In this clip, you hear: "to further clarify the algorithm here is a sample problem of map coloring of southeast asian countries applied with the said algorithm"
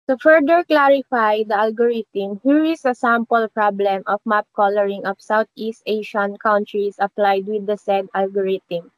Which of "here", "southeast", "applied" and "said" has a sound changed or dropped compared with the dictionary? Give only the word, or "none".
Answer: southeast